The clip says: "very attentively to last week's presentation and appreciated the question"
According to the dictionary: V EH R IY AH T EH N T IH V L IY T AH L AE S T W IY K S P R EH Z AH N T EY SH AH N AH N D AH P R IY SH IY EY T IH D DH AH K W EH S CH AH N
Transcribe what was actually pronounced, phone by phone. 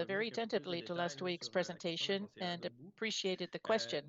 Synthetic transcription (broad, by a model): V EH R IY AH T EH N T IH V L IY T AH L AE S T W IY K S P R EH Z AH N T EY SH AH N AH N AH P R IY SH IY EY T IH D DH AH K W EH S CH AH N